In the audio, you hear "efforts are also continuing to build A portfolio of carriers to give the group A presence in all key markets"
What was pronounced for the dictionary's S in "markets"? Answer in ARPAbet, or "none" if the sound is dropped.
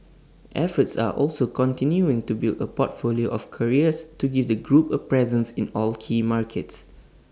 S